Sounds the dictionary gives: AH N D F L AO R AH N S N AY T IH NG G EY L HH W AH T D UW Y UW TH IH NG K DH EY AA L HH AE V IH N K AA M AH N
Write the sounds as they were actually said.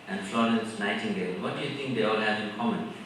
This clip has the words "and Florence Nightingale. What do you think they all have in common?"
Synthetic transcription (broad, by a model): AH N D F L AO R AH N S N AY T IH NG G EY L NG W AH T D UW Y UW T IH NG K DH EY AA L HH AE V IH N K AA M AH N